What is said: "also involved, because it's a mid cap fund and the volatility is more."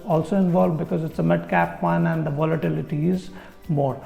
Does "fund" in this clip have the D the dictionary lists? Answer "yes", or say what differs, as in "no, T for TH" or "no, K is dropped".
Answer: no, D is dropped